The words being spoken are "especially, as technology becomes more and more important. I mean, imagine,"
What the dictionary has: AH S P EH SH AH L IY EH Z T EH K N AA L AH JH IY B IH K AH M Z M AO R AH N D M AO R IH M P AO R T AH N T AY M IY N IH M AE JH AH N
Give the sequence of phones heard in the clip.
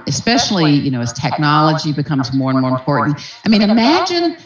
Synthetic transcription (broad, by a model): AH S P EH SH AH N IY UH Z T EH K N AA L AH JH IY B IH K AH M Z M AO R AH N M AO R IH M P AO R T N T AY M IY N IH M AE JH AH N